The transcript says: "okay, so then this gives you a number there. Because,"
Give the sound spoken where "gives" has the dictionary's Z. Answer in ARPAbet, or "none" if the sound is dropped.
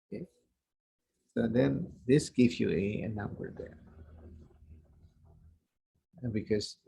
none